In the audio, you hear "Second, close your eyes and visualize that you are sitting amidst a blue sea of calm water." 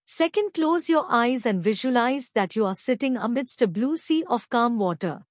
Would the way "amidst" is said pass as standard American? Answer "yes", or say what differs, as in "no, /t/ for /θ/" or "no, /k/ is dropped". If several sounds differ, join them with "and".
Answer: yes